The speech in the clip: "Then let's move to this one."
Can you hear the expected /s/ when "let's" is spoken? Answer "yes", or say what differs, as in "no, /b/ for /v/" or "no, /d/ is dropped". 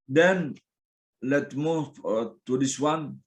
no, /s/ is dropped